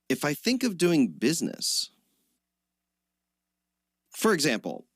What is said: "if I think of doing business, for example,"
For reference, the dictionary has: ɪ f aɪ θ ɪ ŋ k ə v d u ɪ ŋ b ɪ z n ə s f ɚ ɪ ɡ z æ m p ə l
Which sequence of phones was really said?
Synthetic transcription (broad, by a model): ɪ f aɪ θ ɪ ŋ k ə v d u ɪ ŋ b ɪ z n ə s f ɚ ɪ ɡ z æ m p l